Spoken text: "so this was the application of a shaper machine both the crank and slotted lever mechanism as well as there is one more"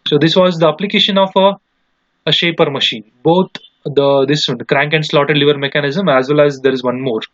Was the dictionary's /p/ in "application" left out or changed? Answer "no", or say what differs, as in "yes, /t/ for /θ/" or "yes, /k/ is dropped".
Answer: no